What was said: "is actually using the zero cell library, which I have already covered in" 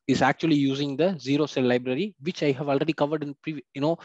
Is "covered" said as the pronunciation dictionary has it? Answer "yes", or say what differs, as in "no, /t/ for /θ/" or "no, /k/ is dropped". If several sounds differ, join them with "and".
yes